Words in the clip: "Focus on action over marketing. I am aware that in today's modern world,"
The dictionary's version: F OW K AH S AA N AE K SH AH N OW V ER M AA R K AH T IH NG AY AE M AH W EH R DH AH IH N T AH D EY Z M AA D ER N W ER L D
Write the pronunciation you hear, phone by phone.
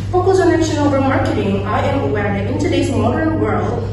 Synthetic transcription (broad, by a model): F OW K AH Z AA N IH SH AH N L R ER M AA R K AH T IH NG AY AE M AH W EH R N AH IH N T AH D EY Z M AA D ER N W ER L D